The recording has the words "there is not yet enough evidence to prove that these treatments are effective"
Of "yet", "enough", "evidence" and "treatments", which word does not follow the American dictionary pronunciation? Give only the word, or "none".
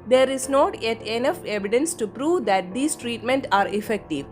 treatments